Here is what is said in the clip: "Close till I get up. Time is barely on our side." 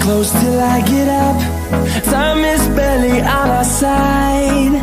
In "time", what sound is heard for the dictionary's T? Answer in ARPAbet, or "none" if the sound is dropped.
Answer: S